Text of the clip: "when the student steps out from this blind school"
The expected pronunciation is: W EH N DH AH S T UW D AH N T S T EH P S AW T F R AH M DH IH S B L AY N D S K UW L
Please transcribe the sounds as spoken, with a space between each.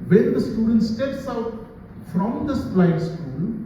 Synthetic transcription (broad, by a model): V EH N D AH S T UW D AH N T S T EH P S AW T F R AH M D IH S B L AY D S K UW L